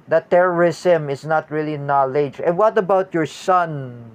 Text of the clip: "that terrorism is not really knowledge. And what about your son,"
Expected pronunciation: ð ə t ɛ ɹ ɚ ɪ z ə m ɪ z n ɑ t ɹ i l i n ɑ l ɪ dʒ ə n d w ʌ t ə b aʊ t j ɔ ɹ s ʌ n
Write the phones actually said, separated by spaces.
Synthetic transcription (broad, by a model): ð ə t ɛ ɹ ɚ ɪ s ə m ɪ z n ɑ t ɹ i l i n ɑ l ɪ dʒ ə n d w ʌ t ə b aʊ t j ɔ ɹ s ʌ n